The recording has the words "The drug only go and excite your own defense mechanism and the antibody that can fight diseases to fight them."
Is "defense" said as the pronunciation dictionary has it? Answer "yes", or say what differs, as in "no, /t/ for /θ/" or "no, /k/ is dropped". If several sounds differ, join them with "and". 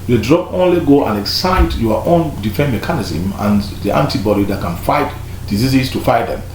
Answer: no, /s/ is dropped